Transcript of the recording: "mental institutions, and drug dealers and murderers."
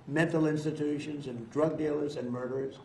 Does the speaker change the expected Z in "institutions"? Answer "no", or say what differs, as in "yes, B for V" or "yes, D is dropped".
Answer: no